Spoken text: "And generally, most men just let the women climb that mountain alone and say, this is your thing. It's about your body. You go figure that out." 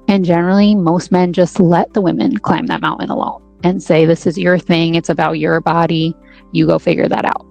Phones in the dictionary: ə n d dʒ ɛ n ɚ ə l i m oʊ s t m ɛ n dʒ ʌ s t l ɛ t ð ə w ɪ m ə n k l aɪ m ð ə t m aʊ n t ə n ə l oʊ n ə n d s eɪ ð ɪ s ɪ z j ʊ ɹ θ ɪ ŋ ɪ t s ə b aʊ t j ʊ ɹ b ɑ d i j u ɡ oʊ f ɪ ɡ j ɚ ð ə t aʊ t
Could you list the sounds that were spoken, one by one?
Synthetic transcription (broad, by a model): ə n dʒ ɛ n ɚ l i m oʊ s t m ɛ n dʒ ʌ s t l ɛ t ð ə w ɪ m ə n k l aɪ m ð ə t m aʊ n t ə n ə l oʊ n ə n s eɪ ð ɪ s ɪ z j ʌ ɹ θ ɪ ŋ ɪ t s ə b aʊ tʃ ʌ ɹ b ɑ d i j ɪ ɡ oʊ f ɪ ɡ j ɚ ð ə t aʊ t